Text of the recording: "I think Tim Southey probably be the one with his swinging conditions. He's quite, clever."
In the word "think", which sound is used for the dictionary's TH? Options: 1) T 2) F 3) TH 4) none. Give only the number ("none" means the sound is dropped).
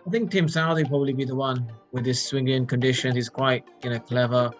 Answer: 3